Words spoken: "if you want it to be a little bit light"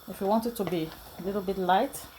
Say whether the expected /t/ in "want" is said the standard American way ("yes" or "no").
yes